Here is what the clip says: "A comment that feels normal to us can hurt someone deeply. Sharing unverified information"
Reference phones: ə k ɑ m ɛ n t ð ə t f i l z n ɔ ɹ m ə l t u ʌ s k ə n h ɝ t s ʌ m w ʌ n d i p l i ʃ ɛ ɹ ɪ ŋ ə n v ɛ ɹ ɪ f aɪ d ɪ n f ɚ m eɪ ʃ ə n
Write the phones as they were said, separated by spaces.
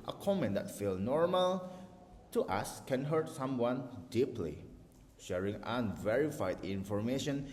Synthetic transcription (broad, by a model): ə k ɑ m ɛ n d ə t f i l n ɔ ɹ m ə l t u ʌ s k ə n h ɝ t s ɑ m w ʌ n d i p l i ʃ ɛ ɹ ɪ ŋ ə n v ɛ ɹ ɪ f aɪ d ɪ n f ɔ m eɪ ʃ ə n